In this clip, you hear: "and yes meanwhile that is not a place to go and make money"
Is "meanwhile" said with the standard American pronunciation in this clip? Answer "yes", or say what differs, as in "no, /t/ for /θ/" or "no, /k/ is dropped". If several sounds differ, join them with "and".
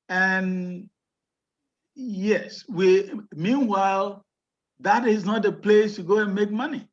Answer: yes